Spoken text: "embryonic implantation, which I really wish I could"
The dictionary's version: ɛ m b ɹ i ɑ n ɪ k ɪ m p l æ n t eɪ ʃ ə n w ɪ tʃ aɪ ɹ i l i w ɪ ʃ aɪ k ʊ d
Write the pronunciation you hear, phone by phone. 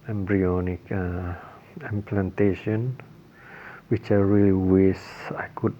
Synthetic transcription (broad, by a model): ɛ m b ɹ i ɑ n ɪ k ɪ m p l æ n t eɪ ʃ ə n w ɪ tʃ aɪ ɹ i l i w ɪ s aɪ k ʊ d